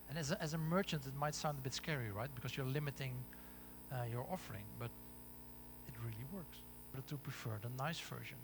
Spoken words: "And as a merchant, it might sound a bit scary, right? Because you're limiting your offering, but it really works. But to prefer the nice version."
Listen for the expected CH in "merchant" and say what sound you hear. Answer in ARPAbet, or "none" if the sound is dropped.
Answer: CH